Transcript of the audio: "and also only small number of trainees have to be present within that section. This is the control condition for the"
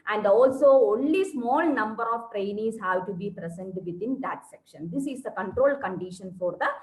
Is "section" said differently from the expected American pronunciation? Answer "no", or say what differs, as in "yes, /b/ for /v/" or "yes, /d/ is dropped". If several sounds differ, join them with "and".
no